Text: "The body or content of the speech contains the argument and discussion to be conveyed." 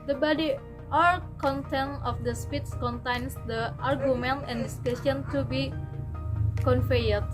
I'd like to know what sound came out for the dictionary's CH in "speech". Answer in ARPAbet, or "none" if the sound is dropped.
S